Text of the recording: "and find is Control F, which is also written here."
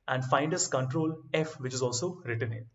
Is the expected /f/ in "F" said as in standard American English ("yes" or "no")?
yes